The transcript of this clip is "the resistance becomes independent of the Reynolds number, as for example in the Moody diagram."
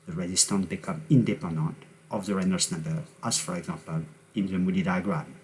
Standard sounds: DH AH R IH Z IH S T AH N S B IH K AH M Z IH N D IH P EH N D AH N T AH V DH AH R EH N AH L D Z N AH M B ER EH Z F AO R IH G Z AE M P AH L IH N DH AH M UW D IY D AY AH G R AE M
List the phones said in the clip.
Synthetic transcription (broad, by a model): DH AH R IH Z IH S T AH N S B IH K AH M IH N D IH P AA N D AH N T AH V DH AH R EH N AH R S N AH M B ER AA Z F AO R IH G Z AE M P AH L IH N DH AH M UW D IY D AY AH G R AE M